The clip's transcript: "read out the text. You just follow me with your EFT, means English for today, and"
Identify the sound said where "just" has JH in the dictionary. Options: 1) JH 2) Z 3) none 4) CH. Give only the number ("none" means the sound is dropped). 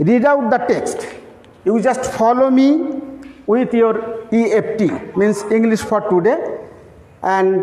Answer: 1